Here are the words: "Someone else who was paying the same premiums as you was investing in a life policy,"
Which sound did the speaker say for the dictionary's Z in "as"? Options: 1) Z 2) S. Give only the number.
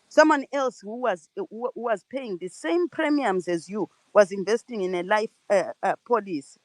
1